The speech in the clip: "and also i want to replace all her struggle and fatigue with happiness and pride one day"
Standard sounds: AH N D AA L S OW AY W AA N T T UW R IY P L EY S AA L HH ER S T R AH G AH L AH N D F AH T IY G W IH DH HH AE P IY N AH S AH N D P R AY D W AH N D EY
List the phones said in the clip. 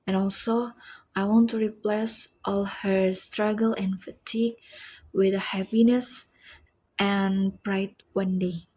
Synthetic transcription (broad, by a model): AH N AA L S OW AY W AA N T T UW R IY P L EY S AA L HH ER S T R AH G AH L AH N F AH T IY G W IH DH HH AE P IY N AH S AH N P R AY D W AH N D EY